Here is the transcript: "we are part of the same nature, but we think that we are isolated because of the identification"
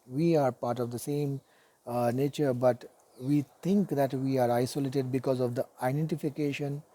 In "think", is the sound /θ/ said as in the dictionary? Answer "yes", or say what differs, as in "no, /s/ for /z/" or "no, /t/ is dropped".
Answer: no, /t/ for /θ/